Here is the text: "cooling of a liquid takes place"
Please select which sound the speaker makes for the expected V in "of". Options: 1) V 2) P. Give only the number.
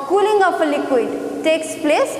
2